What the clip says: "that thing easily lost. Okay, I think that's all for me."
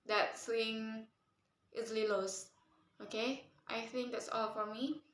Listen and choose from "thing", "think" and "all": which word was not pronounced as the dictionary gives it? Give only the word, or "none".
thing